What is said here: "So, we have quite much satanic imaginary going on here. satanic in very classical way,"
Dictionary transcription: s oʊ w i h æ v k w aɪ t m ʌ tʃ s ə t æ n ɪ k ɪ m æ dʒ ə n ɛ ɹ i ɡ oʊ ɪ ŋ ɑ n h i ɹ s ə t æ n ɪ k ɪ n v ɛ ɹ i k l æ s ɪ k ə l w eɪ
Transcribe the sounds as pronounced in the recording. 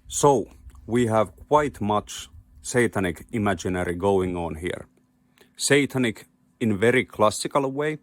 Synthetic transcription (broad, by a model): s oʊ w i h æ v k w aɪ t m ʌ tʃ s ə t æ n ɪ k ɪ m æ dʒ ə n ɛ ɹ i ɡ oʊ ɪ ŋ ɑ n h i ɹ s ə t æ n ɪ k ɪ n v ɛ ɹ i k l æ s ɪ k ə l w eɪ